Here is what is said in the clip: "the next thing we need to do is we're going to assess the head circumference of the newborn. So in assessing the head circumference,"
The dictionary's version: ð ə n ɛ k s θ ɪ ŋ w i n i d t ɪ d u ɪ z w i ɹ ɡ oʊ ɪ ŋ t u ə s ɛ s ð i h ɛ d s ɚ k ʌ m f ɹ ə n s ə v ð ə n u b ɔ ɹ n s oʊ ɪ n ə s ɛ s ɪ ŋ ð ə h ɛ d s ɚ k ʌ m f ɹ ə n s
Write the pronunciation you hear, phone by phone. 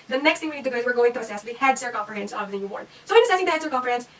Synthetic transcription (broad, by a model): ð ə n ɛ k s t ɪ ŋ w i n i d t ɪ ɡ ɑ ɪ z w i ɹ ɡ oʊ ɪ ŋ t u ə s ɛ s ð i h ɛ d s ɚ k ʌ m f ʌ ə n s ə v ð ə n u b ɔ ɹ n s oʊ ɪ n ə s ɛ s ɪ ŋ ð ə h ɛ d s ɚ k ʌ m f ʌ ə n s